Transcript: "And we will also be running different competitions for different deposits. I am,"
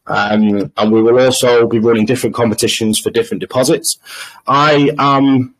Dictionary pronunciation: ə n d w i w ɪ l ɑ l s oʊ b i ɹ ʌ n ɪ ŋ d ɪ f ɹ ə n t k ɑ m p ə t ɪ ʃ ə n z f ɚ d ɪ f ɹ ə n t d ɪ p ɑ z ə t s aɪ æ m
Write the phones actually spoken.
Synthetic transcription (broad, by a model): ə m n w i w ɪ l ɑ l s oʊ b i ɹ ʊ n ɪ ŋ d ɪ f ɹ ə n k ɑ m p ə t ɪ ʃ ə n z f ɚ d ɪ f ɹ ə n d ɪ p ɑ z ə t s aɪ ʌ m